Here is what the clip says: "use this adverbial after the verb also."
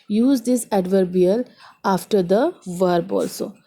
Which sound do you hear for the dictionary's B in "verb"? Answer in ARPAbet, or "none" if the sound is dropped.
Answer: B